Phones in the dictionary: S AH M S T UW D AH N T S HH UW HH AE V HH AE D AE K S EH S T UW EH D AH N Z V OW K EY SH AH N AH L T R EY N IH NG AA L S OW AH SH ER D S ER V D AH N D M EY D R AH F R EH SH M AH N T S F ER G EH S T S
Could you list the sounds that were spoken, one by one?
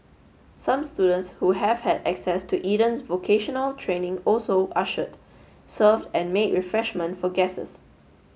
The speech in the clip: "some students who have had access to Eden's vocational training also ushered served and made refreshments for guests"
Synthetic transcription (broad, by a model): S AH M S T UW D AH N T S HH UW HH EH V HH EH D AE K S EH S T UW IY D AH N S V OW K EY SH AH N AH L T R EY N IH NG AA L S OW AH SH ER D S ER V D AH N M EY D R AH F R EH SH M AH N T F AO G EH S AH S